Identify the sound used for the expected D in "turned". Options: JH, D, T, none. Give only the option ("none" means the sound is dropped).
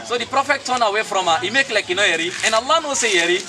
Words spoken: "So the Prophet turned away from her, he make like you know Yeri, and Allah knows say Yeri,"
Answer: none